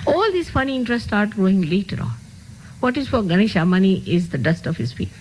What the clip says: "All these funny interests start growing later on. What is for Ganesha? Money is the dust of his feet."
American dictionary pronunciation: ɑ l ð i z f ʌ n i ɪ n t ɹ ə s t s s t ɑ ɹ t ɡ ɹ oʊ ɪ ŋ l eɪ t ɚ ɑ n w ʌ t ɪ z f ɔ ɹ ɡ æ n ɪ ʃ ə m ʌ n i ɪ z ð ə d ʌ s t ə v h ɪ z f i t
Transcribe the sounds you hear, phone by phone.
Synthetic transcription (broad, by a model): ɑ l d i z f ʌ n i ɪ n t ɹ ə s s s t ɑ ɹ t ɡ ɹ oʊ ɪ ŋ l eɪ t ɚ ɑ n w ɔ t ɪ z f ɔ ɹ ɡ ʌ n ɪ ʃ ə m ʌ n i ɪ z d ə d ʌ s t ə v h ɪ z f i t